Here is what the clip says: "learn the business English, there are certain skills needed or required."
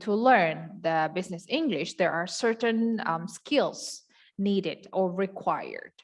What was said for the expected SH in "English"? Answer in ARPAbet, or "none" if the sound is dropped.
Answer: SH